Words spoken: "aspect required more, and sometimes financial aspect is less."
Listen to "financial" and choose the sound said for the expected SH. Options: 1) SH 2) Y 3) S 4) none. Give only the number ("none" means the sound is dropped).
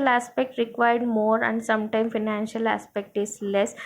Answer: 1